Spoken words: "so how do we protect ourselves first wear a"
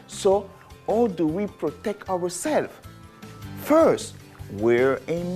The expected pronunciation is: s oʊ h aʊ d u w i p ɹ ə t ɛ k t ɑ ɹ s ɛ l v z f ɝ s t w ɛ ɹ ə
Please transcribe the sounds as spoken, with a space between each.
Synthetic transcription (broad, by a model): s oʊ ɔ d u w i p ɹ ə t ɛ k t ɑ w s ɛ l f f ɝ s t w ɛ ɹ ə